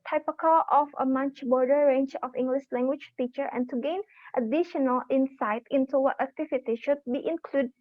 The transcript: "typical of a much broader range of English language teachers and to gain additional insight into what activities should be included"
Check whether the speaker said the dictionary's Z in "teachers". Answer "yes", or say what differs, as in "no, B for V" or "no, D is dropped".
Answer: no, Z is dropped